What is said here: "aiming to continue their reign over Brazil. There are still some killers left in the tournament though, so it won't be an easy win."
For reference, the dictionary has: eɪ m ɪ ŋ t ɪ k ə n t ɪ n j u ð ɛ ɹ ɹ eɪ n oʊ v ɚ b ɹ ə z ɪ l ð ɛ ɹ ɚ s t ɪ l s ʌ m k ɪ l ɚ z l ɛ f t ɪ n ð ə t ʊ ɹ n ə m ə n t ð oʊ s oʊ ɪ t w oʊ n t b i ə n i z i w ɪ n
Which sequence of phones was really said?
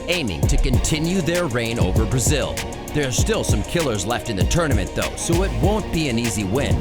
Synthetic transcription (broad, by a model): eɪ m ɪ ŋ t ɪ k ə n t ɪ n j u ð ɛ ɹ ɹ eɪ n oʊ v ɚ b ɹ ə z ɪ l ð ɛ ɹ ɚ s t ɪ l s ʌ m k ɪ l ɚ z l ɛ f t ɪ n ð ə t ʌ ɹ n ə m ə n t ð oʊ s oʊ ɪ t w oʊ n b i ə n i z i w ɪ n